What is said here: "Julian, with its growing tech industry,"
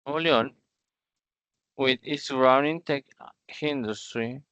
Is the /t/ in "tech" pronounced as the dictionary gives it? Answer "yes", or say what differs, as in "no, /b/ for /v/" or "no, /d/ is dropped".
yes